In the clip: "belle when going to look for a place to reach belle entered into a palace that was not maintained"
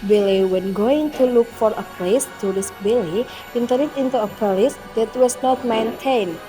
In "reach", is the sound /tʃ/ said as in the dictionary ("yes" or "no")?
no